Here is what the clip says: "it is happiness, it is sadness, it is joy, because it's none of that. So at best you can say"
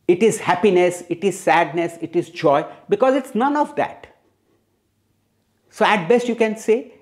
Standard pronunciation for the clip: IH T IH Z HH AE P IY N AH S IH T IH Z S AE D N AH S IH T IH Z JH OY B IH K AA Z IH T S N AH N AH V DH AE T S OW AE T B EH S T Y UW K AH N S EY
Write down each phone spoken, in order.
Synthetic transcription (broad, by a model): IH T IH Z HH AE P IY N AH S IH T IH Z S AE D N AH S IH T IH Z JH OY B IH K AA Z IH T S N AH N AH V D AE T S OW AE T B EH S T Y UW K AH N S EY